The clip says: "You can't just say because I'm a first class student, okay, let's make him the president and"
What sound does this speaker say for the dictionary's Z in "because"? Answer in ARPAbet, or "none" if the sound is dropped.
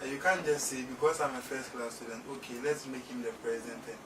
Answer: S